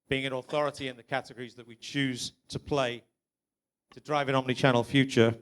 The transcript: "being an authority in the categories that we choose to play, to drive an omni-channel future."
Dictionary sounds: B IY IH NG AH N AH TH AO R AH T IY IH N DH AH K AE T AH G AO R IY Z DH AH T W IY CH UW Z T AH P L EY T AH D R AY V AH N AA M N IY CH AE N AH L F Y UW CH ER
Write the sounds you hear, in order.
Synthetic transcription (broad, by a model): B IY IH NG AH N AH TH AO R AH T IY IH N DH AH K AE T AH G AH R IY Z DH AH T W IY CH UW Z T AH P L EY T AH D R AY V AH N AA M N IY CH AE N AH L F Y UW CH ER